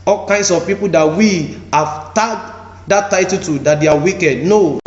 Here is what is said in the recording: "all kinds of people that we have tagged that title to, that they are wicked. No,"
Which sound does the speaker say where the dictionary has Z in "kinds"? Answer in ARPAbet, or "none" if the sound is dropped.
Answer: S